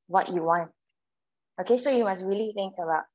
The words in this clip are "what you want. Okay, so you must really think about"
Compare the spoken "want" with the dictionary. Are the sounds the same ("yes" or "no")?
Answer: yes